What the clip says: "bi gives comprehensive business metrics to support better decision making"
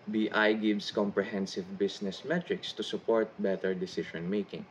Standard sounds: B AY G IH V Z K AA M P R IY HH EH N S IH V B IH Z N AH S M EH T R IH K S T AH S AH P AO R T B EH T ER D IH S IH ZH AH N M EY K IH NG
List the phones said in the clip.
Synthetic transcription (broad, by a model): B AY G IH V S K AA M P R IY HH EH N S IH V B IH S N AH S M EH T R IH K S T AH S AH P AO R T B EH T ER D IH S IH SH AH N M EY K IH NG